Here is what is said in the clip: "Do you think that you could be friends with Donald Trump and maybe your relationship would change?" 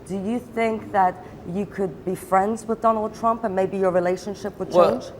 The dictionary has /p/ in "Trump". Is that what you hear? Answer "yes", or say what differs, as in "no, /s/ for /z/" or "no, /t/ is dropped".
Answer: yes